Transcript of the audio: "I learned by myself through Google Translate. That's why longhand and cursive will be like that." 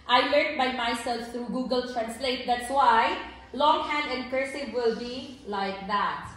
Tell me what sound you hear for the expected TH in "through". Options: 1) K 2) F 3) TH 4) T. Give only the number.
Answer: 4